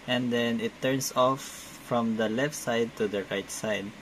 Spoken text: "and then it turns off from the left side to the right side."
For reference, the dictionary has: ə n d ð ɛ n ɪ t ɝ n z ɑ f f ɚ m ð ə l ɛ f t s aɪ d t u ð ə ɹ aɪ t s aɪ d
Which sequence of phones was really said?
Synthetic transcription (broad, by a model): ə n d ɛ n ɪ t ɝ n s ɑ f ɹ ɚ m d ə l ɛ f t s aɪ d t u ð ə ɹ aɪ t s aɪ d